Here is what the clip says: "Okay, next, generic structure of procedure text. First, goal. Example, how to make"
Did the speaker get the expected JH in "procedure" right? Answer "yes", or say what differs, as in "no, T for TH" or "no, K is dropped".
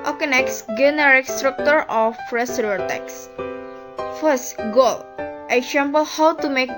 no, JH is dropped